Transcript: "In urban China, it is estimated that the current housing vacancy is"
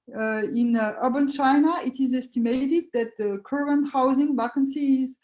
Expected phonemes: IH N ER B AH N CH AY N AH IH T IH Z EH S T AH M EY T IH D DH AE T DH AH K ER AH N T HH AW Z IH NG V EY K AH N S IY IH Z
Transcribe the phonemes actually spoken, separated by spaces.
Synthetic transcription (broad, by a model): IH N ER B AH N CH AY N AH IH T IH Z EH S T AH M EY T IH D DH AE T DH AH K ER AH N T HH AW Z IH NG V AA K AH N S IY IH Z